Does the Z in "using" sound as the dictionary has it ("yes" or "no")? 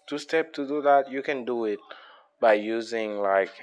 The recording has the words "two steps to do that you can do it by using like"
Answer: yes